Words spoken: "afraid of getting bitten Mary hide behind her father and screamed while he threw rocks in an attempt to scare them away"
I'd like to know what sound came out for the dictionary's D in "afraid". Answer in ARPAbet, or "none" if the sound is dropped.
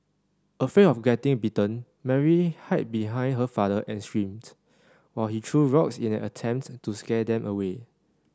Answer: none